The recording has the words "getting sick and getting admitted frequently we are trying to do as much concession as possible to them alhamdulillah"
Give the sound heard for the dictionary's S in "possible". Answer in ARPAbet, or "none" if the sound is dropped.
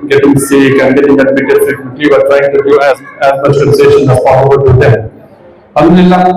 none